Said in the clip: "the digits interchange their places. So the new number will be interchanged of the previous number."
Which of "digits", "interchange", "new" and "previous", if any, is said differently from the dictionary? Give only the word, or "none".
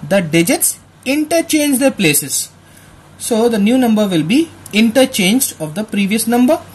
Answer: none